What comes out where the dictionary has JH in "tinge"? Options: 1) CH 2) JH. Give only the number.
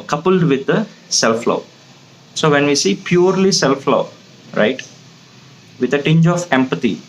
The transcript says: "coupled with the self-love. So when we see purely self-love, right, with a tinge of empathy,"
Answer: 2